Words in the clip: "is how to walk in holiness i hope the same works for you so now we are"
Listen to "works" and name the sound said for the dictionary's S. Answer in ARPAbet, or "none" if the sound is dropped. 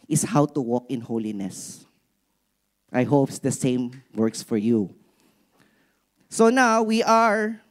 S